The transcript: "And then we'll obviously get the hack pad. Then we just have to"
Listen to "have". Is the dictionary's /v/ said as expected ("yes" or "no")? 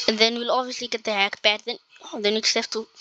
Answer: no